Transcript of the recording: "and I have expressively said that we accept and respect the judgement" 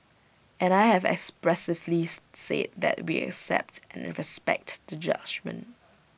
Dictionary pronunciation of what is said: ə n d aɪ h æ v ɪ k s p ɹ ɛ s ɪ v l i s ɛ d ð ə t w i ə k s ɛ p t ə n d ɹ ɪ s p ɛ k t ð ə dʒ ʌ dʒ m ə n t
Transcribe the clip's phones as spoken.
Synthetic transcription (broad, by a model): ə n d aɪ h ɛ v ɪ k s p ɹ ɛ s ɪ v l i s ɛ d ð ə t w i ə k s ɛ p t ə n ɹ ɪ s p ɛ k t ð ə dʒ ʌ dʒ m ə n t